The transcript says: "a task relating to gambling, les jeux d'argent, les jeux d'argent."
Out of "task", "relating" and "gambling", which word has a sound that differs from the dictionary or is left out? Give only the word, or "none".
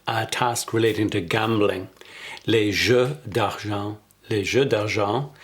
none